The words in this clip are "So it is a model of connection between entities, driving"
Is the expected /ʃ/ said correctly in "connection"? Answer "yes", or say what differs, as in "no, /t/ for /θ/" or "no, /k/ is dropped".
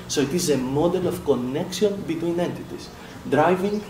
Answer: no, /s/ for /ʃ/